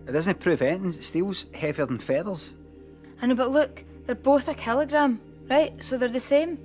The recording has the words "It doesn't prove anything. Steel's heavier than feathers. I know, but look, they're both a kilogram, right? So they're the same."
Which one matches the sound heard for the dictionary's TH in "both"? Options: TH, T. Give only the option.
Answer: TH